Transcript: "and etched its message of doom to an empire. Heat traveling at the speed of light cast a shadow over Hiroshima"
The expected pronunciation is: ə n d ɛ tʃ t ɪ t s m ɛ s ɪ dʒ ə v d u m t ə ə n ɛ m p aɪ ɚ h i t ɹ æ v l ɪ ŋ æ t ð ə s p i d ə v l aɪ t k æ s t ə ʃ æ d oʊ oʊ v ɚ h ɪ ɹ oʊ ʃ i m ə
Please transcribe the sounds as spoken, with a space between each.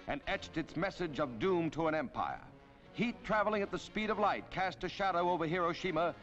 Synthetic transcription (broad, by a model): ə n ɛ tʃ t ɪ t s m ɛ s ɪ dʒ ə v d u m t ə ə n ɛ m p aɪ ɚ h i t ɹ æ v l ɪ ŋ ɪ t ð ə s p i d ə v l aɪ t k æ s t ə ʃ æ d oʊ oʊ v ɚ h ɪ ɹ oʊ ʃ i m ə